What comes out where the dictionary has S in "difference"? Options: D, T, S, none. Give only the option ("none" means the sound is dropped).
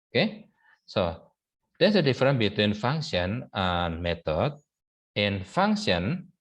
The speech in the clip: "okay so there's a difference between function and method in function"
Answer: none